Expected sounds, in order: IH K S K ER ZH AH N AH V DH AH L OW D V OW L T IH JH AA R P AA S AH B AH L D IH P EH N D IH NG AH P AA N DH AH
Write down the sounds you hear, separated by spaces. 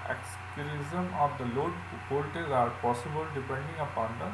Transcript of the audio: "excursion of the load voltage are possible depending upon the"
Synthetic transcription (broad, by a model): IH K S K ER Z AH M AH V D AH L OW D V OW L T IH Z AA R P AA S AH B AH L D IH P EH N D IH NG AH P AA N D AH